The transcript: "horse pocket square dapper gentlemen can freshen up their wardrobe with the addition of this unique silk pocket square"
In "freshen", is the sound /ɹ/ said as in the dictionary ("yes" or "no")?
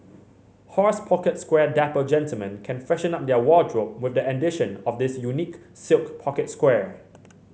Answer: no